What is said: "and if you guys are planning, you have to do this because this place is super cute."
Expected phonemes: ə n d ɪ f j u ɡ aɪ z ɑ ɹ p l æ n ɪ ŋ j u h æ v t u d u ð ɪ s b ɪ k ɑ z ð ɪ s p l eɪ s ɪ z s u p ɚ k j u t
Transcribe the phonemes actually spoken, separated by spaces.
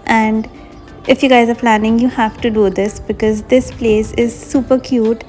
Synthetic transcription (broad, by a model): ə n d ɪ f j u ɡ aɪ z ɑ ɹ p l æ n ɪ ŋ j u h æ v t u d u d ɪ s b ɪ k ɑ z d ɪ s p l eɪ s ɪ z s u p ɚ k j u t